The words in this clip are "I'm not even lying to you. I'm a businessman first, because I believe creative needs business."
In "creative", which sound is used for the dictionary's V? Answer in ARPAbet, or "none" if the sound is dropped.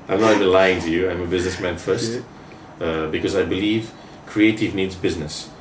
V